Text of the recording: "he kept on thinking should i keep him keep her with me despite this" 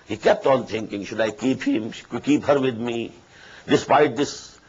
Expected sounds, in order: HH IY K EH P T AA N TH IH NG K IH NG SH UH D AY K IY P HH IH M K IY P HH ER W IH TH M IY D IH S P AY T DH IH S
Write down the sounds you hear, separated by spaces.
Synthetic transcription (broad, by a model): HH IY K EH P T AA N T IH NG K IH NG SH UH D AY K IY P HH IH M K IY P HH ER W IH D M IY D IH S P AY T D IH S